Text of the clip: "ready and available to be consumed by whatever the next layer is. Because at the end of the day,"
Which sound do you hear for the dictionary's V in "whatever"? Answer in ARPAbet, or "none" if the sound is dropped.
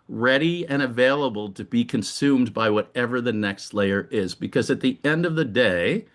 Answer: V